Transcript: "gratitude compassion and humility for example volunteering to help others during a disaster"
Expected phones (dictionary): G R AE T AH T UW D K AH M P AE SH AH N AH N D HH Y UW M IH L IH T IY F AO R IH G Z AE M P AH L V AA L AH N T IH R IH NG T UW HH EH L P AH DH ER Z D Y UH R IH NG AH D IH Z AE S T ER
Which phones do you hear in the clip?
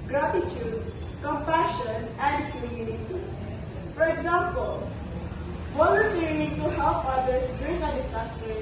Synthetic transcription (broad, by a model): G R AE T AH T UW D K AH M P AE SH AH N AH N D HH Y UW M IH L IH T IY F AO R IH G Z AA M P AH L W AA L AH T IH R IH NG T UW HH EH L P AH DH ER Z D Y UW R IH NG AH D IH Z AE S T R